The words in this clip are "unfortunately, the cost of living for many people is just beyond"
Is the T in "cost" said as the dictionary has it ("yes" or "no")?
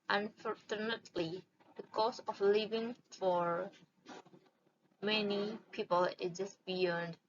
no